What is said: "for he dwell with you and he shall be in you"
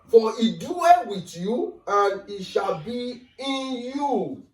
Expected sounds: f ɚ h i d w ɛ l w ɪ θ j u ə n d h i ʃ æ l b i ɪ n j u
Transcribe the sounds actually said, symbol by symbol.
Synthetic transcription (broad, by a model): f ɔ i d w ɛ n w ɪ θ j u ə n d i ʃ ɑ l b i ɪ n j u